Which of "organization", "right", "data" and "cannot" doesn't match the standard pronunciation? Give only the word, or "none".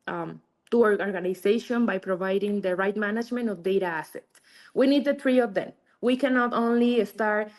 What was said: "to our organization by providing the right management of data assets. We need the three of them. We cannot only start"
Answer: organization